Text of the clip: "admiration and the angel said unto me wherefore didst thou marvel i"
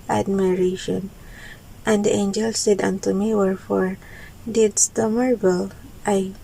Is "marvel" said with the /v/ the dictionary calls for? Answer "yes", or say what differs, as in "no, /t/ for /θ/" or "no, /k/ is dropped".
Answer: no, /b/ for /v/